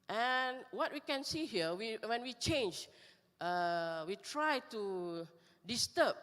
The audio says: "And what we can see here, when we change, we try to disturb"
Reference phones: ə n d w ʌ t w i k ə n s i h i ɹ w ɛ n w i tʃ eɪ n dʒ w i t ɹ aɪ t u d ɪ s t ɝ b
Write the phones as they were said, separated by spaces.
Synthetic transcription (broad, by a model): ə n w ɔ t w i k ə n s i h i w w ɛ n w i tʃ eɪ n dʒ w i t ɹ aɪ t u d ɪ s t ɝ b